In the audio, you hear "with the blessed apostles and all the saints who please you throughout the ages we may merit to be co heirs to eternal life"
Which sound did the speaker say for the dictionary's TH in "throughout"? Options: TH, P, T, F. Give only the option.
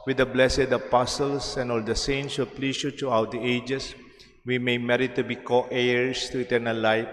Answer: T